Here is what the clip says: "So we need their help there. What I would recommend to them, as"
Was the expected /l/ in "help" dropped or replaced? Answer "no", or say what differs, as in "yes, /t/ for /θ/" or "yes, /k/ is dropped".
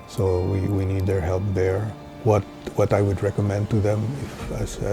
no